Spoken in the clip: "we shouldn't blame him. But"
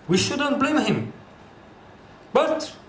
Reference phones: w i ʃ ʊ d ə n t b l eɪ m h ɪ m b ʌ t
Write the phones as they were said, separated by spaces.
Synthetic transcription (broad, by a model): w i ʃ ʊ d ə n t b l eɪ m h ɪ m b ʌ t